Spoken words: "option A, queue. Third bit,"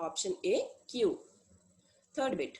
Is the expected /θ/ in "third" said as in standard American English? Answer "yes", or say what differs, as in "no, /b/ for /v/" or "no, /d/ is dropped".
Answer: no, /t/ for /θ/